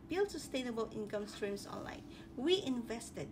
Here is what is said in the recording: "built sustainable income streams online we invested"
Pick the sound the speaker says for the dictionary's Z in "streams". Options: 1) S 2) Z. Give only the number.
1